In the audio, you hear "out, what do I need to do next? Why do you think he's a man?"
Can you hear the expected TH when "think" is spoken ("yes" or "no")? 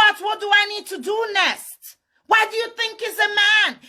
yes